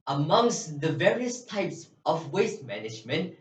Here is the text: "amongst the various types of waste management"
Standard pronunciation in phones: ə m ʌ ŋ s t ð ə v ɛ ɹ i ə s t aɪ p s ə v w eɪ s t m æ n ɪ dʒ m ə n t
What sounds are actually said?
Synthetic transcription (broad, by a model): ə m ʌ ŋ s t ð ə v ɛ ɹ i ə s t aɪ p s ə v w eɪ s t m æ n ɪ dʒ m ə n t